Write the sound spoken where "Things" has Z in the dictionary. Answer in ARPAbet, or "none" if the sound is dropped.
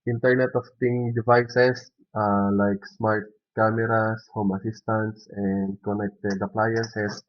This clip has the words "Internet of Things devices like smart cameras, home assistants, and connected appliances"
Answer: none